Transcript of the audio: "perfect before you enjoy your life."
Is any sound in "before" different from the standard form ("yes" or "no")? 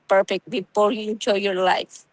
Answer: yes